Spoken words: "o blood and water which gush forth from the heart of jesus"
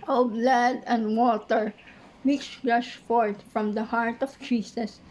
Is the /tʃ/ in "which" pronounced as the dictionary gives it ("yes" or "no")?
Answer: no